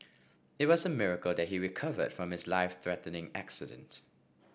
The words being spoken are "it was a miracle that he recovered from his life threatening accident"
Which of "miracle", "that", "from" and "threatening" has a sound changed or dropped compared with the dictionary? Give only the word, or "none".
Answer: none